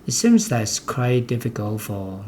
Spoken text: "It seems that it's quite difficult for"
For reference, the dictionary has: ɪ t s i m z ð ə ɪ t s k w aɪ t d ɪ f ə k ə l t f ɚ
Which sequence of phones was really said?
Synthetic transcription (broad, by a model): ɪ t s i m z ð ə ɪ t s k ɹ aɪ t d ɪ f ə k ə l t f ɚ